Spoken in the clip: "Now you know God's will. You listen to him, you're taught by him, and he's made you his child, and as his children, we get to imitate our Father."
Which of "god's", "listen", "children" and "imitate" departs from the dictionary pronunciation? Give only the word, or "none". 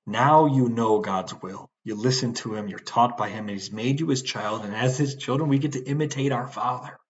none